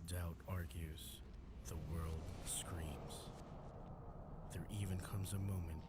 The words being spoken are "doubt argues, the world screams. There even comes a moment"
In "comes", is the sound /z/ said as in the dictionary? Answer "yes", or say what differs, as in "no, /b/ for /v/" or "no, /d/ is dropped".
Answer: yes